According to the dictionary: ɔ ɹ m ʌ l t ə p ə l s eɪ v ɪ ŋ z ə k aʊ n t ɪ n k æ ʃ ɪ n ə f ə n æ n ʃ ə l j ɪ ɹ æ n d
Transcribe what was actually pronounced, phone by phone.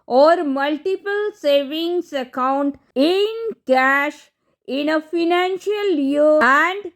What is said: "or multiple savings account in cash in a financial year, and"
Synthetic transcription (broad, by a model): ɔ ɹ m ʌ l t ə p ə l s eɪ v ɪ ŋ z ə k aʊ n t ɪ n k æ ʃ ɪ n ə f ə n æ n ʃ ə l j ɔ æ n d